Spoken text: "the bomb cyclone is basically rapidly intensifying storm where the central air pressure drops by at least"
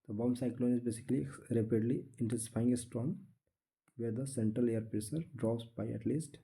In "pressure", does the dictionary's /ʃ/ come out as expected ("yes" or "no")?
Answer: no